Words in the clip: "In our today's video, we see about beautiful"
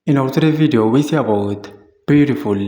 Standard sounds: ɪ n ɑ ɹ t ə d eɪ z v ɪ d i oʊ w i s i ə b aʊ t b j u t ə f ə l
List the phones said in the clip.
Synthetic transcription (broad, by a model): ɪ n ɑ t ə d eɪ v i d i oʊ w i s i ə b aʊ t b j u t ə f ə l